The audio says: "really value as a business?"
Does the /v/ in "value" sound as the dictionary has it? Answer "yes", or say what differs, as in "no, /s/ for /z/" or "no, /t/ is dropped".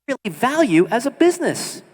yes